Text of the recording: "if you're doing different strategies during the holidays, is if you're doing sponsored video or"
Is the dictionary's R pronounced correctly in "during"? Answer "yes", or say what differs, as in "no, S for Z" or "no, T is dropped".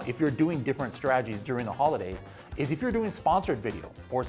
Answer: yes